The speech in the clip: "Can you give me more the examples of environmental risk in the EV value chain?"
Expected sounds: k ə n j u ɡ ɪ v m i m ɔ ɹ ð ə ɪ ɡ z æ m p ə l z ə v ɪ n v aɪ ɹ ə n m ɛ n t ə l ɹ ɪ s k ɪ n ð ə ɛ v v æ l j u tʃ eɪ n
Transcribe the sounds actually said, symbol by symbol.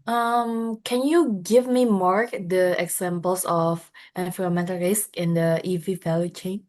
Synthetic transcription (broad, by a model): k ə n j u ɡ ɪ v m i m ɔ ɹ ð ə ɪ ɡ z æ m p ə l s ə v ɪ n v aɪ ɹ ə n m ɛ n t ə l ɹ ɪ s k ɪ n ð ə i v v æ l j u tʃ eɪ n